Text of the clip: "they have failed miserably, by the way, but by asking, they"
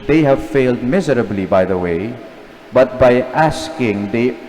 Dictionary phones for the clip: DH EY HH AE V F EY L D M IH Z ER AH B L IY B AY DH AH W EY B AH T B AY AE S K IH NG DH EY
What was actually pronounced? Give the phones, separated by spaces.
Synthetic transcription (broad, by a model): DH EY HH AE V F EY L D M IH Z ER AH B L IY B AY DH AH W EY B AH T B AY AE S K IH NG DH EY